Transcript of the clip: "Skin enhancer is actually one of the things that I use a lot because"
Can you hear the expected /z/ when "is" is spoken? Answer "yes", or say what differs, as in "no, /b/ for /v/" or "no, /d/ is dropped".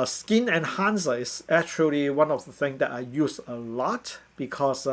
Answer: no, /s/ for /z/